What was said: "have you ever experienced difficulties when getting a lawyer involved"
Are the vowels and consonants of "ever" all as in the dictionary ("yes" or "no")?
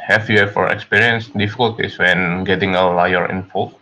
no